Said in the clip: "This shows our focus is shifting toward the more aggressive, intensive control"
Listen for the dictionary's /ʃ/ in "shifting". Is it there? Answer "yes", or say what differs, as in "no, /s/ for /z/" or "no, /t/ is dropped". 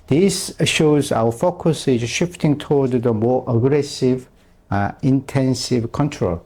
yes